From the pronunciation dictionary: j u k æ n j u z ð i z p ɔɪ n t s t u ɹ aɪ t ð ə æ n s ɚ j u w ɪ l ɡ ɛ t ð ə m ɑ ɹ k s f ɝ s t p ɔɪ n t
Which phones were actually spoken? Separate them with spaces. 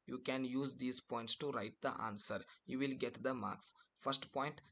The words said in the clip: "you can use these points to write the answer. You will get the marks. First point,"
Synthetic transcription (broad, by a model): j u k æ n j u z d i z p ɔɪ n t s t u ɹ aɪ t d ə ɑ n s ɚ j u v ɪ l ɡ ɛ t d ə m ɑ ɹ k s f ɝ s t p ɔɪ n t